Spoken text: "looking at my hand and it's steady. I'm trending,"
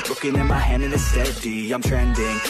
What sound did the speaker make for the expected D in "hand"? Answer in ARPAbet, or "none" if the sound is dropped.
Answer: none